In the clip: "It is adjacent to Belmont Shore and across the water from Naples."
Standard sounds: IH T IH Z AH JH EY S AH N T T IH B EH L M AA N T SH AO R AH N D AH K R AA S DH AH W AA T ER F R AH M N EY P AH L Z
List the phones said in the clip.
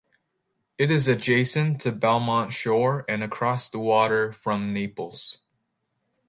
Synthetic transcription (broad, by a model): IH T IH Z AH JH EY S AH N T T IH B EH L M AA N T SH AO R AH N AH K R AA S DH AH W AA T ER F R AH M N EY P L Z